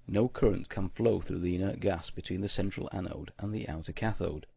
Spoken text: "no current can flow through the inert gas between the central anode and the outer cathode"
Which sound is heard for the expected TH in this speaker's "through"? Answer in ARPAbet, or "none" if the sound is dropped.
TH